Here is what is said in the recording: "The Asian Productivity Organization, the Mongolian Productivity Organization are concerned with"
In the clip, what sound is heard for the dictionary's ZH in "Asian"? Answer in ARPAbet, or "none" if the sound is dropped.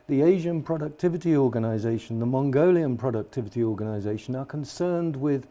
ZH